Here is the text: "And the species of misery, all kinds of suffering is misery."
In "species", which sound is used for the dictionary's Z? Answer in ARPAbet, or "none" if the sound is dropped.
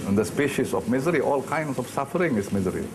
S